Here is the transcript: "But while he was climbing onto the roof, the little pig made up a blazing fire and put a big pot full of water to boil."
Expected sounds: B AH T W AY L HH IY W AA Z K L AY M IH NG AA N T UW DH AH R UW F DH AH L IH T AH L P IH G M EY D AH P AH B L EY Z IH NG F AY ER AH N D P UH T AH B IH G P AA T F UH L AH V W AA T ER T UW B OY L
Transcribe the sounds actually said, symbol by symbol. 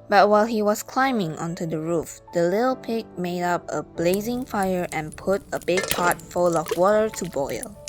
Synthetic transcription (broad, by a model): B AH T W AY L HH IY W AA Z K L AY M IH NG AA N T UW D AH R UW F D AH L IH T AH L P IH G M EY D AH P AH B L EY Z IH NG F AY ER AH N P UH T AH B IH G P AA T F UH L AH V W AA T ER T UW B OY L